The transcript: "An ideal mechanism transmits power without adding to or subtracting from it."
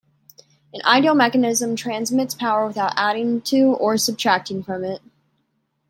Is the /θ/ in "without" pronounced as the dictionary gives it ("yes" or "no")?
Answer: yes